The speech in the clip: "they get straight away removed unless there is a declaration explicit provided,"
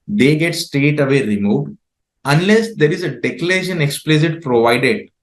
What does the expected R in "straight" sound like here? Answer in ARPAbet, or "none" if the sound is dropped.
none